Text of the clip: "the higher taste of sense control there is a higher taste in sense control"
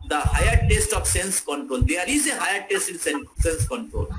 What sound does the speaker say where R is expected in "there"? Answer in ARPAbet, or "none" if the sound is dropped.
L